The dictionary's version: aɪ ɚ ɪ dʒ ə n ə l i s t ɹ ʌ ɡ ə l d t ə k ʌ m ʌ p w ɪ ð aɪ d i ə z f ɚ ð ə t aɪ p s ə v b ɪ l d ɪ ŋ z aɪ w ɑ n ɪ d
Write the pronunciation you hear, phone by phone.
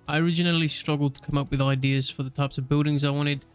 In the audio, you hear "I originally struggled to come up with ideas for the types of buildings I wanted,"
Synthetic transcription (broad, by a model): aɪ ɚ ɪ dʒ ə n ə l i s t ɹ ʌ ɡ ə l d t ə k ʌ m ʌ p w ɪ ð aɪ d i ə z f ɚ ð ə t aɪ p s ə v b ɪ l d ɪ ŋ z aɪ w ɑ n ɪ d